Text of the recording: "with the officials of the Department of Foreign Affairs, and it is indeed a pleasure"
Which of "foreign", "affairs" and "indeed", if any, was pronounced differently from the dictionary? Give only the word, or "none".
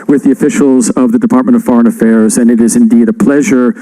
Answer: none